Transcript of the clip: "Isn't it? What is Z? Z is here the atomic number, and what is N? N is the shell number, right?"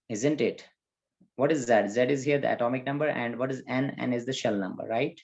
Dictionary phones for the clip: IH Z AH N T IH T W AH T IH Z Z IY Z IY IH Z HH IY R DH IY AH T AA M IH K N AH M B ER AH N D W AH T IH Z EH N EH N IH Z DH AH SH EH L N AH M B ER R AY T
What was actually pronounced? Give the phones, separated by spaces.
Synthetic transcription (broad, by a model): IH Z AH N T IH T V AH T IH Z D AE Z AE IH Z HH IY R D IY AH T AA M IH K N AH M B ER AH N D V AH T IH Z EH N EH N IH Z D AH SH EH L N AH M B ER R AY T